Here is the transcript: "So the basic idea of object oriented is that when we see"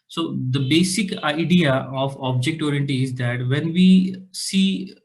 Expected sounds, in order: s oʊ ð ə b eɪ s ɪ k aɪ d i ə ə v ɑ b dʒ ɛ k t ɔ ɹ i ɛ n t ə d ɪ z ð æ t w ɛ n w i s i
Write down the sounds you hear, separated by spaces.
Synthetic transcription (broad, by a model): s oʊ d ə b eɪ s ɪ k aɪ d i ə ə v ɑ b dʒ ɛ k t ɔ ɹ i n t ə ɪ z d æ t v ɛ n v i s i